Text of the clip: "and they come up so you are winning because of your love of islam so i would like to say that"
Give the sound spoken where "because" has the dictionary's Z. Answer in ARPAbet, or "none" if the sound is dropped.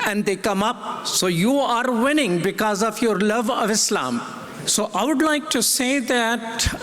Z